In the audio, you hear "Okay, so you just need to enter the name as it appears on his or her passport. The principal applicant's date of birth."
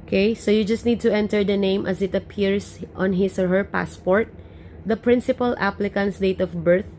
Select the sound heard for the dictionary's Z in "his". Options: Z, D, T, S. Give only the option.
S